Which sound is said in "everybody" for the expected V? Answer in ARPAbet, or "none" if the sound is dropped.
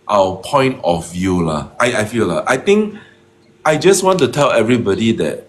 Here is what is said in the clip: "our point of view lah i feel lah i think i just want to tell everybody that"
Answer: V